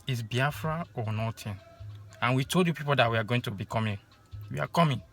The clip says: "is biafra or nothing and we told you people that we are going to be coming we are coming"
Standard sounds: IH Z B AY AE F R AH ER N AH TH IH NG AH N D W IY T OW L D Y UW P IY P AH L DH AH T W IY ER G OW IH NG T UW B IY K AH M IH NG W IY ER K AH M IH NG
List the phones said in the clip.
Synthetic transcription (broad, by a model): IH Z B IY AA F R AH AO N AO T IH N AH N W IY T OW L D Y UW P IY P AH L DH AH T W IY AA G OW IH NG T UW B IY K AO M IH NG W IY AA K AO M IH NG